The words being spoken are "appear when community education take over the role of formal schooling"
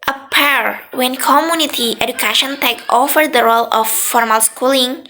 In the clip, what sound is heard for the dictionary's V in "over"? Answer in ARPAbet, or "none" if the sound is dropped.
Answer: F